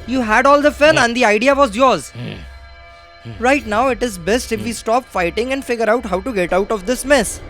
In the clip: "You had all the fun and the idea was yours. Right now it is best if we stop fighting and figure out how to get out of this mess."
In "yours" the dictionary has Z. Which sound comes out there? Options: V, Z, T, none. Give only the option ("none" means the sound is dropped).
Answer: Z